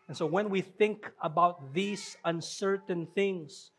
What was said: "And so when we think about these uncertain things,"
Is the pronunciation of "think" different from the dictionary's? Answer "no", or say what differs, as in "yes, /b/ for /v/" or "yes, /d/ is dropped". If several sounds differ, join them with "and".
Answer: no